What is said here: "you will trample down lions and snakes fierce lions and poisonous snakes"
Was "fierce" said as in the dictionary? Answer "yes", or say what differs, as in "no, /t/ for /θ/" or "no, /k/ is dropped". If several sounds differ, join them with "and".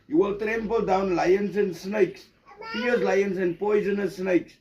no, /p/ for /f/